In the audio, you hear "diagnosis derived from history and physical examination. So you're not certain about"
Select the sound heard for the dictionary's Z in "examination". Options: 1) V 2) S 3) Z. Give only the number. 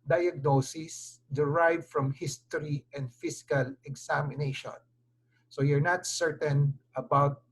2